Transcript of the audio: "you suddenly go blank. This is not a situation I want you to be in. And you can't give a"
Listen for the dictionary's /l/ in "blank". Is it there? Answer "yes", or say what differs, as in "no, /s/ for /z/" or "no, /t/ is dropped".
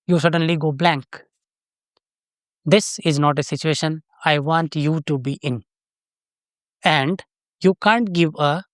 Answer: yes